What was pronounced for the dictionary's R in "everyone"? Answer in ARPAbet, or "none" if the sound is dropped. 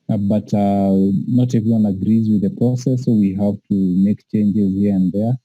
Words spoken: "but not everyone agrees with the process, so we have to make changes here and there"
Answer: none